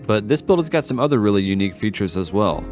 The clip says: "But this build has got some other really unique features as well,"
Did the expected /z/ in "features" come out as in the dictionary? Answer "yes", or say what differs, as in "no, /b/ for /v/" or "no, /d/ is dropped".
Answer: yes